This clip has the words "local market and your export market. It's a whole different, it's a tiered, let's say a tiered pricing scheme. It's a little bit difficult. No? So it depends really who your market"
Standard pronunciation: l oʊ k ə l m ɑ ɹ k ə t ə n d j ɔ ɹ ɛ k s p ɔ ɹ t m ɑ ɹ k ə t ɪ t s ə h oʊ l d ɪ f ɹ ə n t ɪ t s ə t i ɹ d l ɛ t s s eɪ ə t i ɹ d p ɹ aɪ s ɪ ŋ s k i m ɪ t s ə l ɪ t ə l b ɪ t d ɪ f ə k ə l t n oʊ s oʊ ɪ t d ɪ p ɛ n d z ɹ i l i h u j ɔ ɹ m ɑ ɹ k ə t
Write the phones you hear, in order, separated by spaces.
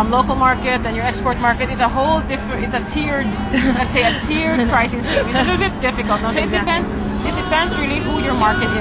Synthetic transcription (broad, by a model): l oʊ k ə l m ɑ ɹ k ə t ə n j ɔ ɹ ɛ k s p ɔ ɹ t m ɑ ɹ k ə t ɪ t s ə h oʊ l d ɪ f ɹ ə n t ɪ t s ə t i ɹ d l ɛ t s s eɪ ə t i ɹ d p ɹ aɪ s ɪ ŋ s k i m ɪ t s ə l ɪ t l b ɪ t d ɪ f ə k ə l t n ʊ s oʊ ɪ t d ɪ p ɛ n d s ɹ i l i h u j ɔ ɹ m ɑ ɹ k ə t